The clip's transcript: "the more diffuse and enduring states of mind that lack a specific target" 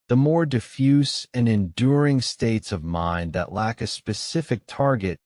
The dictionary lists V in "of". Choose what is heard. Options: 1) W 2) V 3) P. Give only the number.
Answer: 2